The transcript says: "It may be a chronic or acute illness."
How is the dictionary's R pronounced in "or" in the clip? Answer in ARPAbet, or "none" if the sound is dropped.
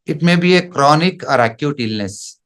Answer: R